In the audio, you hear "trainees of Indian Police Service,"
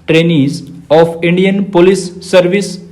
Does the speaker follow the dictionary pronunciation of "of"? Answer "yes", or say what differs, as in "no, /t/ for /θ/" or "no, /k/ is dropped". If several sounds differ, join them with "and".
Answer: no, /p/ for /v/